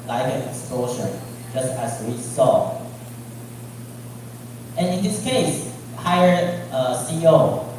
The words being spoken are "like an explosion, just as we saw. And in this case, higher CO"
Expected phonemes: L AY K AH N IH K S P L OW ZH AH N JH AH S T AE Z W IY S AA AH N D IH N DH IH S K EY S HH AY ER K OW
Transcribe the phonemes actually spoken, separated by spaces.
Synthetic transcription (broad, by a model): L AY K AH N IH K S OW SH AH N JH AH S T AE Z W IY S AA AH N IH N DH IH S K EY S HH AY ER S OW